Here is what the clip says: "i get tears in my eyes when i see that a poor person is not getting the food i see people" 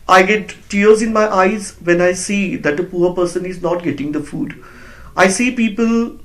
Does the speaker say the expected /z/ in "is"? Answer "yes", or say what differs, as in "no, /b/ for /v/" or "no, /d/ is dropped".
yes